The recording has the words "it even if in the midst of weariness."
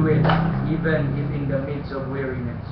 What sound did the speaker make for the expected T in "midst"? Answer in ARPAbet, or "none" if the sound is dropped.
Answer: none